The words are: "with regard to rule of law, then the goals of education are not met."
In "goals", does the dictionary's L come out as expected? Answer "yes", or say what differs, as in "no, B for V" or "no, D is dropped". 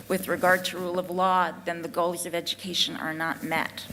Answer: yes